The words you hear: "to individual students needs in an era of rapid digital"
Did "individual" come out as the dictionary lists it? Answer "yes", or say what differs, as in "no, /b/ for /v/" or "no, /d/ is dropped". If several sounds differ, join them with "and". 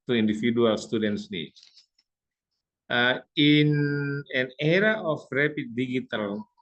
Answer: no, /f/ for /v/